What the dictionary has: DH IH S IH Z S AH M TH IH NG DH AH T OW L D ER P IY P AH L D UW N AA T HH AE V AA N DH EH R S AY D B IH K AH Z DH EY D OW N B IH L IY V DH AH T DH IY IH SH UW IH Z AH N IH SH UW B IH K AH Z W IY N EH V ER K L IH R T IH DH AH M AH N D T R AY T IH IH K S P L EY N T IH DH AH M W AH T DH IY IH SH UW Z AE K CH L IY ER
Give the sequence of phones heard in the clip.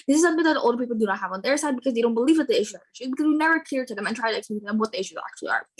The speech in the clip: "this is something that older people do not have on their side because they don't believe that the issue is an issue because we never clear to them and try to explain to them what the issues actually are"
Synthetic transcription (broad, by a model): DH IH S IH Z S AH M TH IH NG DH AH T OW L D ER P IY P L D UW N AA T HH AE V N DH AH R S AY D B IH K AH Z DH EY D OW N B IH L IY V DH AH T DH IY IH SH UW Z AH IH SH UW B IH K AH Z W IY N EH V ER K IH R T IH DH AH M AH N T R AY T IH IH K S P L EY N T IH DH AH M W AH T DH IY IH SH UW Z AE K CH L IY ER